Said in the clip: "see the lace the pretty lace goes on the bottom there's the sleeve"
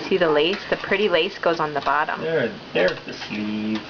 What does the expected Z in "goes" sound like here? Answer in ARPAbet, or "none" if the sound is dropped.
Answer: Z